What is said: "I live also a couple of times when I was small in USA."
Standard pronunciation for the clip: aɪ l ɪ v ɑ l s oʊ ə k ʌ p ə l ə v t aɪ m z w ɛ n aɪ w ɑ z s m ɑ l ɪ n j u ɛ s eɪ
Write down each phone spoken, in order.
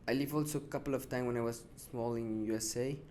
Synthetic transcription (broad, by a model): aɪ l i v ɑ l s oʊ ə k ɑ p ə l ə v t aɪ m w ɛ n aɪ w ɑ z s m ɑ l ɪ n j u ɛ s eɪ